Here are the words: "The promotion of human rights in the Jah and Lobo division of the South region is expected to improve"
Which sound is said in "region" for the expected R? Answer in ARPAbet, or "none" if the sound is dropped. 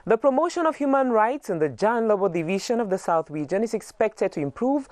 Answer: W